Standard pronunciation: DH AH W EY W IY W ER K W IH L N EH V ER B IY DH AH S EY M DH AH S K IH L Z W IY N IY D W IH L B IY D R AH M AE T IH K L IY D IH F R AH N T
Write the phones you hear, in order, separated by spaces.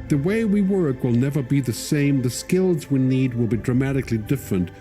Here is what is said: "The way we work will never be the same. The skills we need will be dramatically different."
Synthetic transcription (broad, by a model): DH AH W EY W IY W ER K W IH L N EH V ER B IY DH AH S EY M DH AH S K IH L Z W IY N IY D W IH L B IY D R AH M AE T IH K L IY D IH F R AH N T